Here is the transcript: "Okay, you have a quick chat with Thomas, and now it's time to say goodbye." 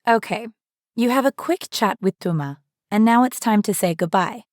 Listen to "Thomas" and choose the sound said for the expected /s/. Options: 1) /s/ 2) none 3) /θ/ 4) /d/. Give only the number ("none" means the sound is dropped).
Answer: 2